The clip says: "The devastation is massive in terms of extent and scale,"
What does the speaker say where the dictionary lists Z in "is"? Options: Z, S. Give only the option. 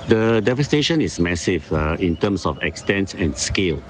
S